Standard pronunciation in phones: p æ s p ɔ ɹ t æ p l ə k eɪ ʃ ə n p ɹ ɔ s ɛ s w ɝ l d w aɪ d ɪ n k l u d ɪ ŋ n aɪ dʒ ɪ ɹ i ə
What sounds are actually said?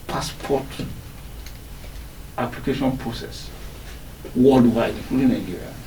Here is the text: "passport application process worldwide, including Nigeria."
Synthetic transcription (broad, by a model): p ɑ s p ɔ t t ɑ p l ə k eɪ ʃ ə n p ɹ ɔ s ɛ s w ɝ l d w aɪ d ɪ k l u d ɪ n aɪ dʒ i ɹ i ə